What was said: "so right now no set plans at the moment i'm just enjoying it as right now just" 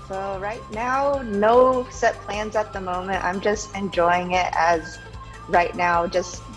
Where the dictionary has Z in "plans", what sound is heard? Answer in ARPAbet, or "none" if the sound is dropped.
Z